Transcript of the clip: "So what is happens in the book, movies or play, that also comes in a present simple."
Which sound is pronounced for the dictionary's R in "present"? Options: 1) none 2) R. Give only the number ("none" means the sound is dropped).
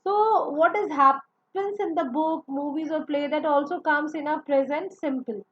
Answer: 2